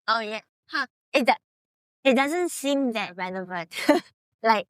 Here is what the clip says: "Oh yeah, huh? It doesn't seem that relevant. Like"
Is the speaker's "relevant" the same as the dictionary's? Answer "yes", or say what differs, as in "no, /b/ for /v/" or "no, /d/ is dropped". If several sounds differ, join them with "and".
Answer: no, /n/ is dropped